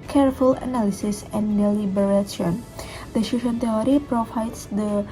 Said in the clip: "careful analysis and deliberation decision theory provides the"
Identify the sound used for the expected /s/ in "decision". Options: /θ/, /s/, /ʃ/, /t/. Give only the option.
/ʃ/